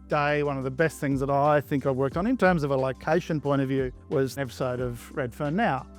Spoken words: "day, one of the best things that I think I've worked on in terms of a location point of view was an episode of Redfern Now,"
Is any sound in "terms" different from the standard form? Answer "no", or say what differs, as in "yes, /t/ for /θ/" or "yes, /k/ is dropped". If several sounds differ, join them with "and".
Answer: no